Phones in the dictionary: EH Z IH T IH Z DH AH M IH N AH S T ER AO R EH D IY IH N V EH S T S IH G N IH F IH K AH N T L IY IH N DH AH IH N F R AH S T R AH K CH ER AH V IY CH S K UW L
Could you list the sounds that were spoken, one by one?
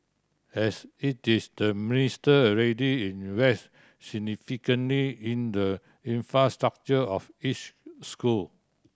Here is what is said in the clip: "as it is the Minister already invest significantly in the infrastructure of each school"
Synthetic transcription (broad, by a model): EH S IH T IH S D AH M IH N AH S T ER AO R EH D IY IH N W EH S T S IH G N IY F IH K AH N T L IY IH N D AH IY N F R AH S T R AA K CH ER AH F IY CH S K UW L